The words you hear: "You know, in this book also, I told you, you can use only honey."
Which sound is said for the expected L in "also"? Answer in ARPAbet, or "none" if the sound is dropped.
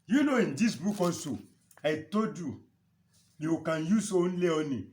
none